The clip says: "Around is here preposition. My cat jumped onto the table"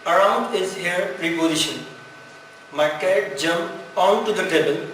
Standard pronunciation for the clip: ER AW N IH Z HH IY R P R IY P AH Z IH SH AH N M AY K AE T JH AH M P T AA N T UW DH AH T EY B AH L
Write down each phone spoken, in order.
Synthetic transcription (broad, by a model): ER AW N IH Z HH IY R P R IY P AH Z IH SH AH N M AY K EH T JH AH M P AA N T UW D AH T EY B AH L